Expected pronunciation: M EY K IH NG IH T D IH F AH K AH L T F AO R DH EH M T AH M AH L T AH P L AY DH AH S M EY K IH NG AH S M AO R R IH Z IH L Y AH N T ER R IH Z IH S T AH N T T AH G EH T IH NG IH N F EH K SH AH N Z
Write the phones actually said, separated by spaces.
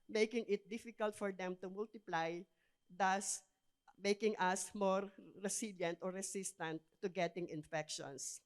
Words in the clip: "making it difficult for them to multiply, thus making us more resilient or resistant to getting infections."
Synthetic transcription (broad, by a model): M EY K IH NG IH T D IH F AH K AH L T F AO R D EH M T AH M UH L T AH P L AY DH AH S M EY K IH NG AH S M AO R R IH S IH L Y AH N T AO R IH S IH S T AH N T T AH G EH T IH NG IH N F EH K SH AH N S